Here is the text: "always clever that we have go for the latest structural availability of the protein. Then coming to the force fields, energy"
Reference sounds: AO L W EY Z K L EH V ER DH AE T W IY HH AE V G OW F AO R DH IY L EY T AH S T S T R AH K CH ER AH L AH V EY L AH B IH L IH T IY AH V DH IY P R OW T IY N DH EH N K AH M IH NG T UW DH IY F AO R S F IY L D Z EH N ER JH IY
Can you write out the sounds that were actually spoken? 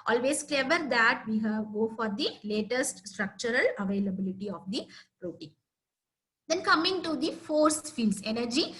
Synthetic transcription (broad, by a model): AO L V EY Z K L EH V ER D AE T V IY HH AE V G OW F AO R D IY L EY T AH S T S T R AH K CH ER AH L AH V EY L AH B IH L IH T IY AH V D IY P R OW T IY N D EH N K AH M IH NG T UW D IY F AO R S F IY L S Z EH N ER JH IY